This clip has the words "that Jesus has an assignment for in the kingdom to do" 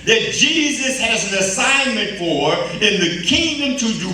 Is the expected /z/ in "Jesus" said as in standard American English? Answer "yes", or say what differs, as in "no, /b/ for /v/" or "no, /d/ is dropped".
yes